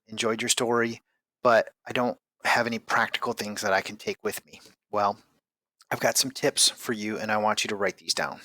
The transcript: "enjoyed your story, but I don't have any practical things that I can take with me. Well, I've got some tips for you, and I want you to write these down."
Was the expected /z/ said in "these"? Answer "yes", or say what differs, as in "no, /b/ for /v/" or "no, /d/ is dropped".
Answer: yes